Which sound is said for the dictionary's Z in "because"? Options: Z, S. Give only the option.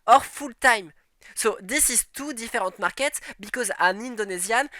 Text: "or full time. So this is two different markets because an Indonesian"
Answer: Z